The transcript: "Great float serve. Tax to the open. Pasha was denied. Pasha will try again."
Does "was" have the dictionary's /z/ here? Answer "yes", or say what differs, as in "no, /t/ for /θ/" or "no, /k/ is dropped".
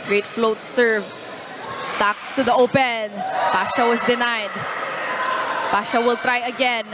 no, /s/ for /z/